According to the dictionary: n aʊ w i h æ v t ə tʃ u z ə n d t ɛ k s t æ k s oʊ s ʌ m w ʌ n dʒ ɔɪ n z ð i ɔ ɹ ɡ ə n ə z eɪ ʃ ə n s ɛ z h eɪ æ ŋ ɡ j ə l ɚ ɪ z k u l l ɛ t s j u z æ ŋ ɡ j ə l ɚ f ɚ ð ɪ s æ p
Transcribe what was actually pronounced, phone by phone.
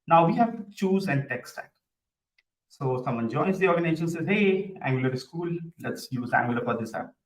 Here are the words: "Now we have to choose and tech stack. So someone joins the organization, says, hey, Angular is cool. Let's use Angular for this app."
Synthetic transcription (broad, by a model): n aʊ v i h æ v tʃ u z ə n d t ɛ k s t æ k s oʊ s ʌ m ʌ n dʒ ɔɪ z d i ɔ ɹ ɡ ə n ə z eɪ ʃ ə n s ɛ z h eɪ æ ŋ ɡ j ə l ɚ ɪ s k u l l ɛ t s j u z æ ŋ ɡ j ə l ɚ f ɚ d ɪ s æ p